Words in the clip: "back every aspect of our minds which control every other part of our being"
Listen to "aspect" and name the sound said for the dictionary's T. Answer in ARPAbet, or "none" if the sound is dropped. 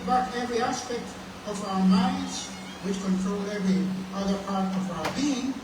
T